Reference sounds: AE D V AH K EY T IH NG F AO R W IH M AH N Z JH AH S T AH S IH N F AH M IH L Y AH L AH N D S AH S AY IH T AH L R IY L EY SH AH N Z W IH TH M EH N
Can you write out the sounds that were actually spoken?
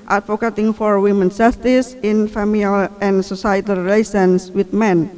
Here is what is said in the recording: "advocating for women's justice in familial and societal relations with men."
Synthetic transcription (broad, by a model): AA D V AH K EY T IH NG F AO R W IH M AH N JH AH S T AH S IH N F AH M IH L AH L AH N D S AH S AY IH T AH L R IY L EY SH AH N S W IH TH M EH N